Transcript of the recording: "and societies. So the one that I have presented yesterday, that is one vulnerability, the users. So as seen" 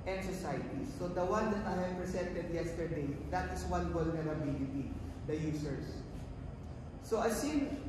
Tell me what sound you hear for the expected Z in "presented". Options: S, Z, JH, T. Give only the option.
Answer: S